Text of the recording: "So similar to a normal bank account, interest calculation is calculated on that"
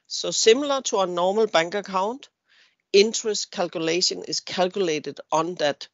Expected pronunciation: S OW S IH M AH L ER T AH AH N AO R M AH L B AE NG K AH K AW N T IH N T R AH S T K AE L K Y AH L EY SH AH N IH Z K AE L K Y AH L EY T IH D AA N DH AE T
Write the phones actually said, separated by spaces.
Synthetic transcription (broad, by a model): S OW S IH M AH L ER S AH AH N AO M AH L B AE NG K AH K AW N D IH N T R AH S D K AE L K Y AH L EY SH AH N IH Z K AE L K Y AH L EY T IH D AA N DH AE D